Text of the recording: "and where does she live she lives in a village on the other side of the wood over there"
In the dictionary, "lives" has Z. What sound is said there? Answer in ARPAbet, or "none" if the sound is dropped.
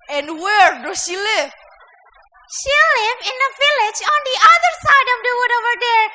none